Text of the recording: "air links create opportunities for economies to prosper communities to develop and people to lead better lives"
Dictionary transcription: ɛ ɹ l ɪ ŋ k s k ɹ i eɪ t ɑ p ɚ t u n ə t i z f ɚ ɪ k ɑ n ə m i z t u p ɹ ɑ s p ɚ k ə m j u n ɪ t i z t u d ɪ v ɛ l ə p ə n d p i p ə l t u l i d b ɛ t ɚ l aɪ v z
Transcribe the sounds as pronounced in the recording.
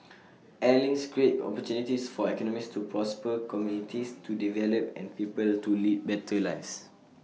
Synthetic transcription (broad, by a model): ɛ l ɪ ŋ s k ɹ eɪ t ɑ p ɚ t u n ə t i s f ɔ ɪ k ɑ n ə m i s t u p ɹ ɑ s p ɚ k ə m j u n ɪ t i s t u d ɪ v ɛ l ə p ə n p i p ə l t u l i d b ɛ t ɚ l aɪ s